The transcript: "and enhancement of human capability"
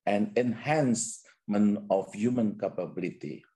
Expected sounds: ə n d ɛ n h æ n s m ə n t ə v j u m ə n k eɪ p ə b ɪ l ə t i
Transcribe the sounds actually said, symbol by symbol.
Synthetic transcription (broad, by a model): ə n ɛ n h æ n s m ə n ə f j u m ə n k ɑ p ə b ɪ l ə t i